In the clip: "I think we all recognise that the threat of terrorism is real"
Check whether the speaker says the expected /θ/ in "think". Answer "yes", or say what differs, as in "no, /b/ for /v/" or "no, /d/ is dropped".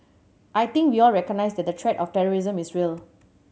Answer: no, /t/ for /θ/